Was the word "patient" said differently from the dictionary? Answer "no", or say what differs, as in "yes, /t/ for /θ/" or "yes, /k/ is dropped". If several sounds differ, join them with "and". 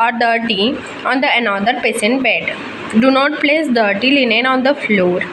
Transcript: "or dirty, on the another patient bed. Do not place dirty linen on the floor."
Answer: yes, /s/ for /ʃ/